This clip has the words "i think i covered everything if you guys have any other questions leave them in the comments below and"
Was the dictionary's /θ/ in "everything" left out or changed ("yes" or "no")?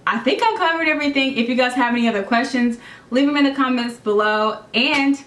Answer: no